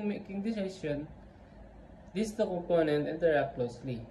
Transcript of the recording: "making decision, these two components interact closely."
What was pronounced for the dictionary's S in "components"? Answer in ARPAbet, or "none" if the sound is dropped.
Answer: none